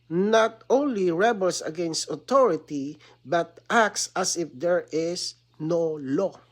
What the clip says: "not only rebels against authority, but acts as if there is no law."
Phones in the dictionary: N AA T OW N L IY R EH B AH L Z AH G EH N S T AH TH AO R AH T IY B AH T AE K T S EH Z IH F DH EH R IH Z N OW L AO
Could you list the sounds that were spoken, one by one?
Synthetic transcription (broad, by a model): N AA T OW N L IY R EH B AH L S AH G EH N S T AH T AO R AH T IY B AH T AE K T S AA S IH F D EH R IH S N OW L AO